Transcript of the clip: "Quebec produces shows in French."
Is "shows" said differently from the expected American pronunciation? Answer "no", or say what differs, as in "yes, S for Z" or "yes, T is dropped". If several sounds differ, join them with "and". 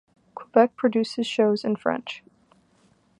no